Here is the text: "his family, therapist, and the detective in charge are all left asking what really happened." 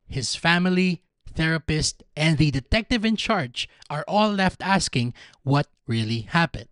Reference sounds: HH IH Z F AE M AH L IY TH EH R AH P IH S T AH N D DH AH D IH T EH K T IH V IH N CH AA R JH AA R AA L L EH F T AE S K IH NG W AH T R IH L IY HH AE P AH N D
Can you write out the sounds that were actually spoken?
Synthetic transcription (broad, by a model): HH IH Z F AE M AH L IY TH EH R AH P IH S T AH N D DH AH D IH T EH K T IH V IH N CH AA R JH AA R AA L L EH F T AE S K IH NG W AH T R IH L IY HH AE P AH N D